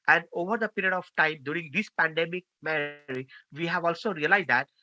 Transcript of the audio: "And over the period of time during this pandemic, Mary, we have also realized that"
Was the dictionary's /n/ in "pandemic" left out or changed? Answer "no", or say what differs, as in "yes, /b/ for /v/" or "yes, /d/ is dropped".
no